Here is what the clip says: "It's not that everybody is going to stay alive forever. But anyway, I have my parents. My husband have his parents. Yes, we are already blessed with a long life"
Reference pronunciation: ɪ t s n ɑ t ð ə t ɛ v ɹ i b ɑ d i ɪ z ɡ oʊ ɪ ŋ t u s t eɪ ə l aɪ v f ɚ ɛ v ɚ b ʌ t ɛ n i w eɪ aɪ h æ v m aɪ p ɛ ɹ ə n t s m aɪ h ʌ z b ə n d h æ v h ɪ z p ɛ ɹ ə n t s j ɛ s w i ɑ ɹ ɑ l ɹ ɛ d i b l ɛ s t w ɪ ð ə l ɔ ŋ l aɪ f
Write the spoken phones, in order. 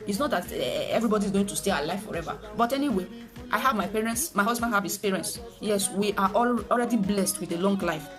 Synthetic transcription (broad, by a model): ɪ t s n ɑ t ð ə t ɛ v ɹ i b ɑ d i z ɡ oʊ ɪ ŋ t u s t eɪ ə l aɪ f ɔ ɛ v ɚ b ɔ t ɛ n i w eɪ aɪ h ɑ v m aɪ p ɛ ɹ ə n t s m aɪ h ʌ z b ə n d h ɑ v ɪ s p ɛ ɹ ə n s j ɛ s w i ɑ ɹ ɑ l ɹ ɛ d i b l ɛ s t w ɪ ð ə l ɔ ŋ l aɪ f